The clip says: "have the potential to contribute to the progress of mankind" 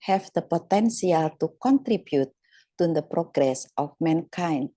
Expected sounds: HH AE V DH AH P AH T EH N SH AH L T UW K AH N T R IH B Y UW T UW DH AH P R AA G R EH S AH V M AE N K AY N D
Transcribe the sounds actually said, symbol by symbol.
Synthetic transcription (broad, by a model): HH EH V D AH P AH T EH N S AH L T UW K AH N T R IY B Y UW T UW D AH P R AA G R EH S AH F M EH N K AY N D